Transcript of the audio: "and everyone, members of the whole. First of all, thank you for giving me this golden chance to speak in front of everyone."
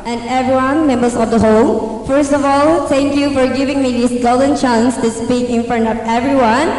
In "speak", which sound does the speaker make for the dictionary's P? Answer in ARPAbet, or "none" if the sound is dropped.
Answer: P